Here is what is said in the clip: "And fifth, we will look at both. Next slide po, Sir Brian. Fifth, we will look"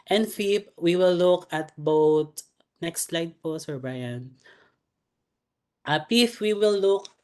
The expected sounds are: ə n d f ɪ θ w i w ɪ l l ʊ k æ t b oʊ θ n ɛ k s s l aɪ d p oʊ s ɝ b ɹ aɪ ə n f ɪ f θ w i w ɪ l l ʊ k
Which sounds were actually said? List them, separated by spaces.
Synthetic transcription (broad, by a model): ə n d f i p w i w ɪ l l ʊ k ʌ t b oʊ t n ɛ k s s l aɪ d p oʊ s ɝ b ɹ aɪ ə n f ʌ p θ w i w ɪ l l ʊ k